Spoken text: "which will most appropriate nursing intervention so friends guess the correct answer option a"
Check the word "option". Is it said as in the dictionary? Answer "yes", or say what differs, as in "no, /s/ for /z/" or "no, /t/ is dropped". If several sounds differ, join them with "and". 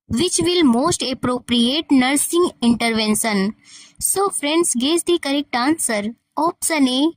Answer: no, /s/ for /ʃ/